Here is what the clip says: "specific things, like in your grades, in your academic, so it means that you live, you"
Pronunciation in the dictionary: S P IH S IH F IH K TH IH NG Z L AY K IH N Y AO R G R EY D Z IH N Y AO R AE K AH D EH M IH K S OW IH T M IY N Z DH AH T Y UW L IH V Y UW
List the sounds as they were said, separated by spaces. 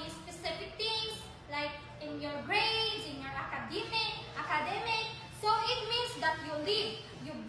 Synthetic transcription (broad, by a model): S P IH S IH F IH K T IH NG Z L AY K IH N Y AO R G R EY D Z IH N Y AO R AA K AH D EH M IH K S OW IH T M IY N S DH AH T Y UW L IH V Y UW